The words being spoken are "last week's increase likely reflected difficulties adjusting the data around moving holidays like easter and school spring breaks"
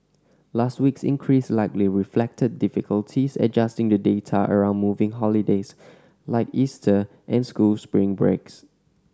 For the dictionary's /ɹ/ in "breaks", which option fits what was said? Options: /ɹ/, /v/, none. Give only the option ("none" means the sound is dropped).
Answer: /ɹ/